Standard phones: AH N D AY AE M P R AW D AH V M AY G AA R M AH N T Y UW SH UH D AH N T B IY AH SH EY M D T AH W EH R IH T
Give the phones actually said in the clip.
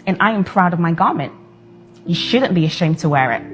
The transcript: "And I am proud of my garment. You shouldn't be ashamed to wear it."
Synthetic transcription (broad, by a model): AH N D AY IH M P R AW D AH V M AY G AA R M AH N T Y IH SH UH D N B IY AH SH EY M T AH W EH R IH T